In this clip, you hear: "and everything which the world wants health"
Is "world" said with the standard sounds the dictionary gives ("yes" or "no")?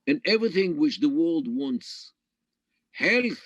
yes